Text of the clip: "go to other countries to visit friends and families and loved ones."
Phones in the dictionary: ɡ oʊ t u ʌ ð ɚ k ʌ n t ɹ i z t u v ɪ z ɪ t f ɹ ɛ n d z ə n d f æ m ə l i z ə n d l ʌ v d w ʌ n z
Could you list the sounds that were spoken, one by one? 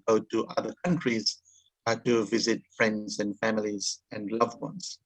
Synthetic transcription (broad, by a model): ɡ oʊ t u ʌ ð ɚ k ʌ n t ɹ i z t u v ɪ z ɪ t f ɹ ɛ n d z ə n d f æ m ə l i z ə n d l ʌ v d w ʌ n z